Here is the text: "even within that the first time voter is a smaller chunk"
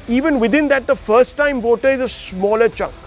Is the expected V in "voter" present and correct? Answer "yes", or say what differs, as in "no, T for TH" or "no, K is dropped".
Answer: yes